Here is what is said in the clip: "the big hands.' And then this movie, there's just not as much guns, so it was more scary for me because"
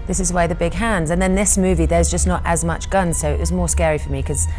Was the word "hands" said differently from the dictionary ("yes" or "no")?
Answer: no